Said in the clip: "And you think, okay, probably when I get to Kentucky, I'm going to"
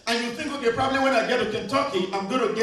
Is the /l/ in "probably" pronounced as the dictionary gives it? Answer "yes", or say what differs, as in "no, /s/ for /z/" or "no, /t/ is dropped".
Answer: yes